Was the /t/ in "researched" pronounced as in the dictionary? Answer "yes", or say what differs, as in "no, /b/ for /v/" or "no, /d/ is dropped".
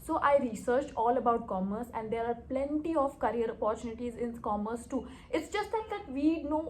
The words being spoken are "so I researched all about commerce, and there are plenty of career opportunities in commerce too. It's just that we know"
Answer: no, /t/ is dropped